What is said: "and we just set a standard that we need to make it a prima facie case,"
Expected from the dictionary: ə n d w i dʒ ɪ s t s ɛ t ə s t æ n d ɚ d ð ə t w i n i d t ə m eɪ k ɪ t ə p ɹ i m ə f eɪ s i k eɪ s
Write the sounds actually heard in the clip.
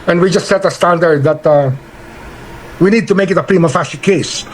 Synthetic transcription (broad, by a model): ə n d w i dʒ ɪ s t s ɛ t ə s t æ n d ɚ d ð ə t w i n i d t ə m eɪ k ɪ t ə p ɹ i m ə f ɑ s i k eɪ s